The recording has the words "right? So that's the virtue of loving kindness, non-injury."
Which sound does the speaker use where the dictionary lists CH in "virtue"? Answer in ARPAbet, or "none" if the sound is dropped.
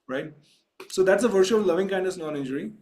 SH